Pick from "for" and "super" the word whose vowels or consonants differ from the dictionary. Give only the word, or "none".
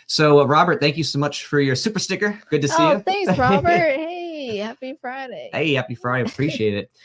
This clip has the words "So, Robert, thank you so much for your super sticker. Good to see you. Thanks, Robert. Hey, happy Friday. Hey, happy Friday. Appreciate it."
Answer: none